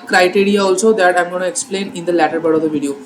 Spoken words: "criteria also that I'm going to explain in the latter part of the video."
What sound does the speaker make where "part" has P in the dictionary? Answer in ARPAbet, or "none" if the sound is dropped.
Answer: B